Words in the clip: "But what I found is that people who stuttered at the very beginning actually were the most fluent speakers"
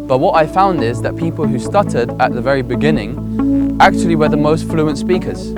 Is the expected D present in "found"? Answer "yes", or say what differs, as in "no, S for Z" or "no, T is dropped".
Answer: yes